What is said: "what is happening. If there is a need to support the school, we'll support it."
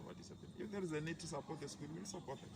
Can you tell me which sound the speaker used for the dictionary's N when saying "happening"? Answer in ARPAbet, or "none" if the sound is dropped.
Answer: L